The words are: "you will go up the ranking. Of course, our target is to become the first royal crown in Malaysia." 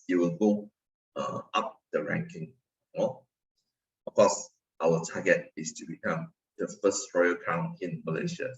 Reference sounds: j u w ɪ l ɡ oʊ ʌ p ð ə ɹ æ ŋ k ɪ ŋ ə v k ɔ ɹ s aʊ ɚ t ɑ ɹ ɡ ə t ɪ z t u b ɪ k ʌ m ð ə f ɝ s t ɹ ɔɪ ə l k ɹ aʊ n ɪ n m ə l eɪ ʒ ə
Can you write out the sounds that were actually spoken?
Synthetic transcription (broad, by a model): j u w ɪ l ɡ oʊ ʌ p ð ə ɹ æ ŋ k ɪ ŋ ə f k ɔ s aʊ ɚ t ɑ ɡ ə t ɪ s t u b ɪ k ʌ m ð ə f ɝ s t ɹ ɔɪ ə k aʊ n ɪ n m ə l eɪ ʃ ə